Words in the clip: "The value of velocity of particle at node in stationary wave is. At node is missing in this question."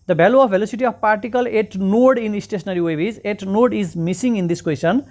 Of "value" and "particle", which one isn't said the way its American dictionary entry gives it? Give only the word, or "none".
value